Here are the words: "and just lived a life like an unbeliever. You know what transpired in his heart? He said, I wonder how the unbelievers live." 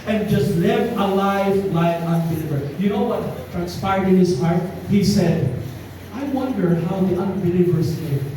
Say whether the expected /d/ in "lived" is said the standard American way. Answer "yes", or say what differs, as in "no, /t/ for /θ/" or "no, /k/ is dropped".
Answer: no, /d/ is dropped